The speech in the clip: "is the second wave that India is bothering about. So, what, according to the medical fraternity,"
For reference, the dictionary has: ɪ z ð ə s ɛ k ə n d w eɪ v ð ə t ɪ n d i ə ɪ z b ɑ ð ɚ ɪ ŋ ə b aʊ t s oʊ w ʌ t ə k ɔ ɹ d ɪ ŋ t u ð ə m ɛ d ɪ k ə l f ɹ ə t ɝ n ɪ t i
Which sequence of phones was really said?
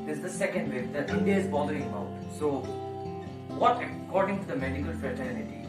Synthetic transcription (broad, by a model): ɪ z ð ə s ɛ k ə n d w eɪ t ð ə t ɪ n d i ə ɪ z b ɑ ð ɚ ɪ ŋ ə ʊ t s oʊ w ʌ t ə k ɔ ɹ d ɪ ŋ t u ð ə m ɛ d ɪ k ə l f ɹ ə t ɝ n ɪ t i